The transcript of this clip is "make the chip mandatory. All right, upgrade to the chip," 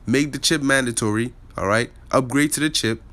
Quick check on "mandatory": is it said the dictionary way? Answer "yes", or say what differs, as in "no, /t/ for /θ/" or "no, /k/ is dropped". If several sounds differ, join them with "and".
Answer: yes